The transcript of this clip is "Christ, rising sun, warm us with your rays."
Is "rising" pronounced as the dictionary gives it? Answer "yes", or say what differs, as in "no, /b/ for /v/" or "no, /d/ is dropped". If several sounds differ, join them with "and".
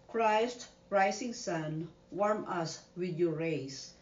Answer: no, /s/ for /z/